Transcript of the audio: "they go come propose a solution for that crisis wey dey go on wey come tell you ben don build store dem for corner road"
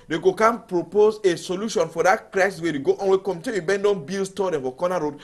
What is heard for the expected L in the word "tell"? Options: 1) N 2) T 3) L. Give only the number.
1